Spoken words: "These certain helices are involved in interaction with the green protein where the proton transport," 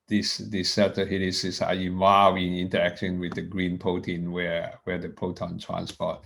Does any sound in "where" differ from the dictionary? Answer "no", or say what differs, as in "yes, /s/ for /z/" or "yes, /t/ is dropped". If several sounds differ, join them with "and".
yes, /w/ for /ɹ/